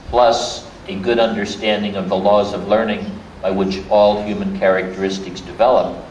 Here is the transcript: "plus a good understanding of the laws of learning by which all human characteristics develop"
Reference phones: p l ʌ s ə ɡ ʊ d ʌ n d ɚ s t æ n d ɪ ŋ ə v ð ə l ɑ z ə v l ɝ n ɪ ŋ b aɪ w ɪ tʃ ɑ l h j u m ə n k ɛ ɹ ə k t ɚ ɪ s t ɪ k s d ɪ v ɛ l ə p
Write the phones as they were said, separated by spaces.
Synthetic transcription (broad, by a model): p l ʌ s ə ɡ ʊ d ʌ n d ɚ s t æ n d ɪ ŋ ə v ð ə l ɑ z ə v l ɝ n ɪ ŋ b aɪ w ɪ tʃ ɑ l h j u m ə n k ɛ ɹ ə k t ɚ ɪ s t ɪ k s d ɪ v ɛ l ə p